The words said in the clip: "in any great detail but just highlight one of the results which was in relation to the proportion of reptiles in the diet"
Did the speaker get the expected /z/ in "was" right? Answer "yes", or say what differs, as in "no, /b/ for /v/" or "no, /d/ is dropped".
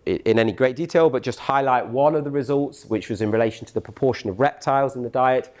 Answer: yes